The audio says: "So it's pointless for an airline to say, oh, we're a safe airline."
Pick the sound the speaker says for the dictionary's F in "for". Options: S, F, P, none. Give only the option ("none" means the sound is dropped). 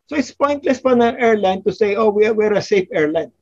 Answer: P